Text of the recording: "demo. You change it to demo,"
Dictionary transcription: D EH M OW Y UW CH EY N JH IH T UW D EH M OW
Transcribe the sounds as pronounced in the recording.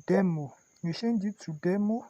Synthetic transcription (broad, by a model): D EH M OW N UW SH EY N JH IH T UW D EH M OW